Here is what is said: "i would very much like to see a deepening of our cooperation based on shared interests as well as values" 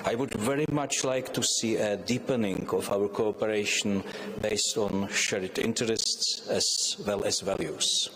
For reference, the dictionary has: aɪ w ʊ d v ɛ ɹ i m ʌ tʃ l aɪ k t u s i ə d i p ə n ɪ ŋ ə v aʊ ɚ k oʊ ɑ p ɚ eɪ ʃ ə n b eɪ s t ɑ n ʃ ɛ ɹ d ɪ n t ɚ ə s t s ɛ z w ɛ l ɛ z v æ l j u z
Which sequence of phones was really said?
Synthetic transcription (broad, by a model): aɪ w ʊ d v ɛ ɹ i m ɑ tʃ l aɪ k t u s i ə d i p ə n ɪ ŋ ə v aʊ ɚ k oʊ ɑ p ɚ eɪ ʃ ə n b eɪ s t ɑ n ʃ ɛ ɹ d ɪ n t ɚ ə s t s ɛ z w ɛ l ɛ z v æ l j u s